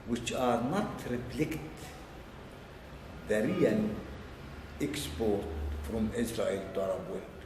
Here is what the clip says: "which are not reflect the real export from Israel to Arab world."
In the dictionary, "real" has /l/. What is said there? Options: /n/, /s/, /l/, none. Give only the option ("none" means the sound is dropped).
/n/